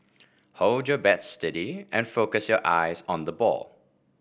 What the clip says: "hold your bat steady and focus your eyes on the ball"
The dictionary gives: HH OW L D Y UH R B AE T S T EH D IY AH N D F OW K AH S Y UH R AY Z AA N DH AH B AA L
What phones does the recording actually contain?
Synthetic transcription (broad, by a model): HH OW L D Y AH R B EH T S T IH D IY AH N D F OW K AH S Y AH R AY Z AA N DH AH B AA L